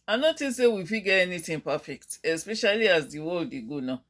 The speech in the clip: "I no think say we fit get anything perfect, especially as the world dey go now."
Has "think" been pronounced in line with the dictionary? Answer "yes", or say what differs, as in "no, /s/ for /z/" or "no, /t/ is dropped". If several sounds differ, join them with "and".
no, /t/ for /θ/